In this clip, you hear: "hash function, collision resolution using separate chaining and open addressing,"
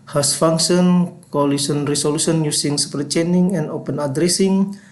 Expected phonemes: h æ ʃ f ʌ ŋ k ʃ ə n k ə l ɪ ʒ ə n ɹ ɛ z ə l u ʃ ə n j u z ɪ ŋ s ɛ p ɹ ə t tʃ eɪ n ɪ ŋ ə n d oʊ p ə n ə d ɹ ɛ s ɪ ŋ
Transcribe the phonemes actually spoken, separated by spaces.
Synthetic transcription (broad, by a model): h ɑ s f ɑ ŋ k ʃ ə n k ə l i s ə n ɹ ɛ s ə l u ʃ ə n j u s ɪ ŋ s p ə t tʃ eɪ n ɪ ŋ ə n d oʊ p ə n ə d ɹ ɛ s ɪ ŋ